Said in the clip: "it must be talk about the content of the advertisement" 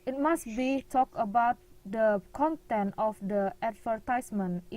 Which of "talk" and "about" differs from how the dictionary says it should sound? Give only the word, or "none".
none